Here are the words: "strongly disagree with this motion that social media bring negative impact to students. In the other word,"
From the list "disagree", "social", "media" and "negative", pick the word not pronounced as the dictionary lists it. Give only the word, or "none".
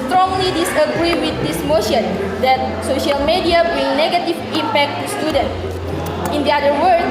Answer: none